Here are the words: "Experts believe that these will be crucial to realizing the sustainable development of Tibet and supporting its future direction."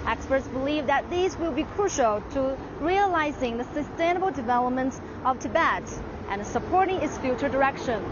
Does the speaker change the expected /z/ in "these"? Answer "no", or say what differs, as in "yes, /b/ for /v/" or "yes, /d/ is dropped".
no